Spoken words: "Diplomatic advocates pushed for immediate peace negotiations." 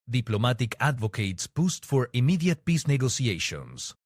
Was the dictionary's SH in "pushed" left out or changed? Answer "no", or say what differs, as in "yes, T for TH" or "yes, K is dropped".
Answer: yes, S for SH